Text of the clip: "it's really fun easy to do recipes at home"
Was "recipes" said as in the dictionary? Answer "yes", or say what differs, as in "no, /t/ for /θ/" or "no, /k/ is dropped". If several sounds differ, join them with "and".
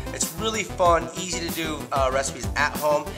yes